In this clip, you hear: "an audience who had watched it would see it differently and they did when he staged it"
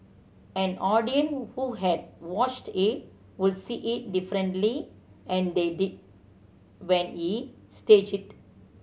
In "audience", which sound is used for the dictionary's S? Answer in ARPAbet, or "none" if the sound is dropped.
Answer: none